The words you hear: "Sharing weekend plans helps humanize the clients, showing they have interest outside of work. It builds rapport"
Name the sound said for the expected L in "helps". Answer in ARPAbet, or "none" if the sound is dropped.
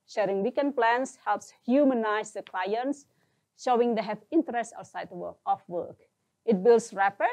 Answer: L